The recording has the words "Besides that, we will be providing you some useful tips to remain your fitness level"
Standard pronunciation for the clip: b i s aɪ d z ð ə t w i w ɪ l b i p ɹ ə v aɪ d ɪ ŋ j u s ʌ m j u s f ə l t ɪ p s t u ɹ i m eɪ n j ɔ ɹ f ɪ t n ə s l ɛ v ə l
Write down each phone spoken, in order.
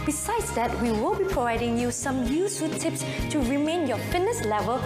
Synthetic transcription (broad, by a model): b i s aɪ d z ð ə t w i w ɪ l b i p ɹ ə v aɪ d ɪ ŋ j u s ʌ m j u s ə t ɪ p s t u ɹ i m eɪ n j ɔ f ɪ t n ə s l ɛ v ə l